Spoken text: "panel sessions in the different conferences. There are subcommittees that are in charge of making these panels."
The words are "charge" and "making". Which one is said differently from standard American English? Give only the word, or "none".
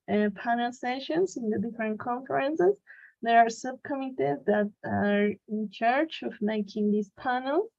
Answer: charge